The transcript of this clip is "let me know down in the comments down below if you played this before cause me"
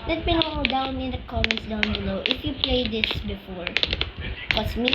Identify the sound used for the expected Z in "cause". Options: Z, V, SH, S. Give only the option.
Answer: S